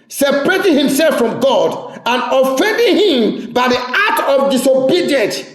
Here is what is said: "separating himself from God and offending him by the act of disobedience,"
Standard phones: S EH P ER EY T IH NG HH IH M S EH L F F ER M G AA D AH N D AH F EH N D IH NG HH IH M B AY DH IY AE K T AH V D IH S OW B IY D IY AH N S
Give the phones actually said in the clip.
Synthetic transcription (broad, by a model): S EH P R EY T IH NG HH IH M S EH L F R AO M G AA D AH N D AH F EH N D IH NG HH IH M B AY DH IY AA T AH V D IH S OW B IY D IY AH N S